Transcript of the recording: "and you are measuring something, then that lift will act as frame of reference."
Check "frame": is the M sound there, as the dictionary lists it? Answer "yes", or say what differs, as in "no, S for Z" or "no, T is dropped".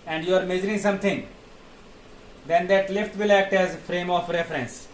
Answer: yes